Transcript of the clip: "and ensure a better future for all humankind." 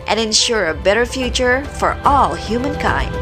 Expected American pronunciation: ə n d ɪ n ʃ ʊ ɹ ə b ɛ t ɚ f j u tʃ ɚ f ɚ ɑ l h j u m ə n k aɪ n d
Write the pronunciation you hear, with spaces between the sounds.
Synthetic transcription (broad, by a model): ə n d ɪ n ʃ ʊ ɹ ə b ɛ t ɚ f j u tʃ ɚ f ɚ ɑ l h j u m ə n k aɪ n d